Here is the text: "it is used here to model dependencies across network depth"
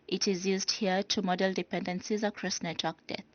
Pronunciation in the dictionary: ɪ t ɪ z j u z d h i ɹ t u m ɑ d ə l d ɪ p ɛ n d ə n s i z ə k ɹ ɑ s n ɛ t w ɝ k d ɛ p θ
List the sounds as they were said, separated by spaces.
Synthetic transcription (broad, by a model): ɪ t ɪ z j u z d h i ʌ t u m ɑ d ə l d ɪ p ɛ n d ə n s i z ə k ɹ ɑ s n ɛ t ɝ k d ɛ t